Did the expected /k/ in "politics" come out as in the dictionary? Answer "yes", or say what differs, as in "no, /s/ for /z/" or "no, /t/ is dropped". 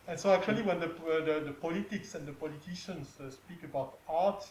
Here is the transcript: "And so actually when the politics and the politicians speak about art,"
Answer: yes